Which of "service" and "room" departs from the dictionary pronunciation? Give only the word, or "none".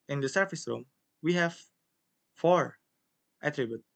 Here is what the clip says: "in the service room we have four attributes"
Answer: service